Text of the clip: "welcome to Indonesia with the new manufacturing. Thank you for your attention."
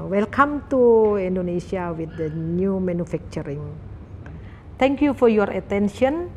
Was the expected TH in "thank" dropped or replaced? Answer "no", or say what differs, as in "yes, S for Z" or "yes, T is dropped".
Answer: yes, T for TH